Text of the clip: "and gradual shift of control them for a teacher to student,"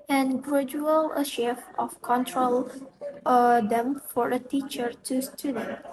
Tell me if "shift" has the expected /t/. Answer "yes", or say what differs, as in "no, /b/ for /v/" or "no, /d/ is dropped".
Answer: no, /t/ is dropped